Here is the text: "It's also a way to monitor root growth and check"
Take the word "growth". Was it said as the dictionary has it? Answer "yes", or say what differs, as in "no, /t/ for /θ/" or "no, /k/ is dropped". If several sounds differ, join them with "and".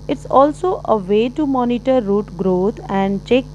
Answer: no, /t/ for /θ/